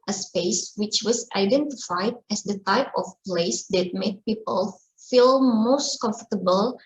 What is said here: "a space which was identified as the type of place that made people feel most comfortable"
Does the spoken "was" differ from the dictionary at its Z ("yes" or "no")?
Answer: yes